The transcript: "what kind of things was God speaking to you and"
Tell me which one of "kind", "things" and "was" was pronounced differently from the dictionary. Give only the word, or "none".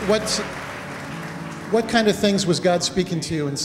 none